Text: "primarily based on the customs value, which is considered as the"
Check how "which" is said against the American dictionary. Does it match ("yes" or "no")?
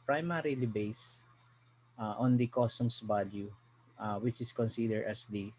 yes